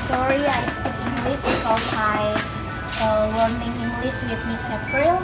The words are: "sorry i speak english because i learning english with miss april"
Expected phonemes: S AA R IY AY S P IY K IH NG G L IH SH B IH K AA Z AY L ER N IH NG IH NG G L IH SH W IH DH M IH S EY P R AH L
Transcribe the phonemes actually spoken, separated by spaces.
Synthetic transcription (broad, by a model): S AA R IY AY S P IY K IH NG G L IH S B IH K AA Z AY W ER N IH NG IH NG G L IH S W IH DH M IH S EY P R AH L